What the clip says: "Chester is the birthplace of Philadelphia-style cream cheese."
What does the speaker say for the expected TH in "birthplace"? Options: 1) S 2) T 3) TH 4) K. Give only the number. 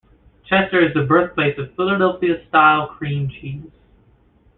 3